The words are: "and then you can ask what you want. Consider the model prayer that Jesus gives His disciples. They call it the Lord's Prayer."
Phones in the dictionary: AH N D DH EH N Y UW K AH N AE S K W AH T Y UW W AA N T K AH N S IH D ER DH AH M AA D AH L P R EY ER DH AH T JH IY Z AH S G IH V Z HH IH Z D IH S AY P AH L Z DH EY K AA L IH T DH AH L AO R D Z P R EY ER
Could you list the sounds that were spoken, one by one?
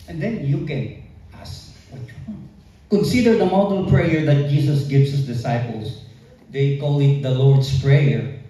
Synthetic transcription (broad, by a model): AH N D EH N Y UW K AH N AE S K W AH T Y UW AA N K AH N S IH D ER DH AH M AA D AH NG P R EY ER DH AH T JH IY S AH S G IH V S HH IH S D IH S AY P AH L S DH EY K AA L IH T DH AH L AO R D S P R EY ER